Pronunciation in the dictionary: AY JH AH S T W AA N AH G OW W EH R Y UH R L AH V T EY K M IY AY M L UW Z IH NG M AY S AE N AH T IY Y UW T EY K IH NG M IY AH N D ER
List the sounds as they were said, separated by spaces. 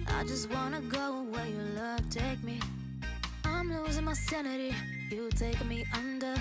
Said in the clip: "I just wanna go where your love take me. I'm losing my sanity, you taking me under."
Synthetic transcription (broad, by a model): AY JH AH S T W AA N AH G OW W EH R Y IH L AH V T EY K M IY AY M L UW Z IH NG M AY S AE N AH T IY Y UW T EY IH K M IY AH N D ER